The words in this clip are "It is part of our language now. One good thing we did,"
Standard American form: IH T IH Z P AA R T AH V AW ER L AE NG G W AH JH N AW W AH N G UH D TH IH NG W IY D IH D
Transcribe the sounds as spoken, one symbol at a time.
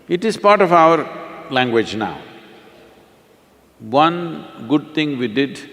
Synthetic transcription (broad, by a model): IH T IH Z P AA R T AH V AW ER L AE NG G W AH JH N AW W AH N G UH D T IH NG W IY D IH D